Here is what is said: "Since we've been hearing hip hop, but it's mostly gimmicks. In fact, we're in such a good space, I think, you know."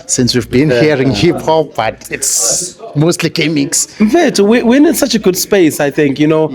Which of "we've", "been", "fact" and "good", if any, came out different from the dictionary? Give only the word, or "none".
fact